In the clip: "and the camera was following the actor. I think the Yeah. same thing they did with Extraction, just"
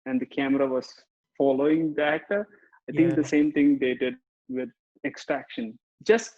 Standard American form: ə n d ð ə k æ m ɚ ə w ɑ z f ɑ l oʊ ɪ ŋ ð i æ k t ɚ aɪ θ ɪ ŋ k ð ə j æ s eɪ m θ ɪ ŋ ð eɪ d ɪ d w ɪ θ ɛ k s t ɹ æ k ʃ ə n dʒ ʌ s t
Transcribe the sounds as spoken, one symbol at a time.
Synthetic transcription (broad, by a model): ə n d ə k æ m ɚ ə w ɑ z f ɑ l oʊ ɪ ŋ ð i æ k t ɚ aɪ t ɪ ŋ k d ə s eɪ m t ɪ ŋ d eɪ d ɪ d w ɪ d ɛ k s t ɹ æ k ʃ ə n dʒ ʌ s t